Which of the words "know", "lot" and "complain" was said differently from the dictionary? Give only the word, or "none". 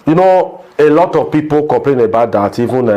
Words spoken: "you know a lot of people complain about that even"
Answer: complain